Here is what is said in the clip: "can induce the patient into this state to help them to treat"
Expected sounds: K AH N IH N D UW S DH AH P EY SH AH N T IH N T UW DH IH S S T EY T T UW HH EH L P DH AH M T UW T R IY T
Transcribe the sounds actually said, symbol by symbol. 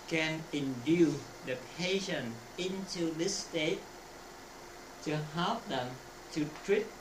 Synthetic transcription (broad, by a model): K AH N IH N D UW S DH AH P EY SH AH N IH N T UW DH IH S S T EY T T UW HH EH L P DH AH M T UW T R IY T